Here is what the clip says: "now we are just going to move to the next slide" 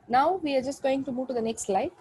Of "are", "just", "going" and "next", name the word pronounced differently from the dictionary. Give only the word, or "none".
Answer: none